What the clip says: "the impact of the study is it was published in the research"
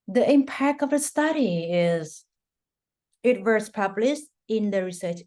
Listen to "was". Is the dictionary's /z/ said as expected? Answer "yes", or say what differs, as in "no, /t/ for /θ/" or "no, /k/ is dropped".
no, /s/ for /z/